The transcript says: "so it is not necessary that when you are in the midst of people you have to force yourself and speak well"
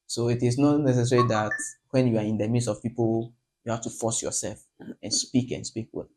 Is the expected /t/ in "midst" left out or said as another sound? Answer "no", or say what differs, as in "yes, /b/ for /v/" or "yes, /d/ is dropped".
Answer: yes, /t/ is dropped